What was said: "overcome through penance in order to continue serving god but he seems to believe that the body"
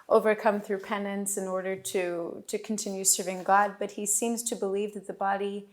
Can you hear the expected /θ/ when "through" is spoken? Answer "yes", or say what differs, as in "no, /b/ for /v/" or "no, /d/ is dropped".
yes